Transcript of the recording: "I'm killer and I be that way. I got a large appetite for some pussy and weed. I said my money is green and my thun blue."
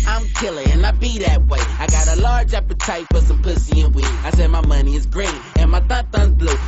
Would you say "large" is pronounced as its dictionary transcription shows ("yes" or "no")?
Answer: yes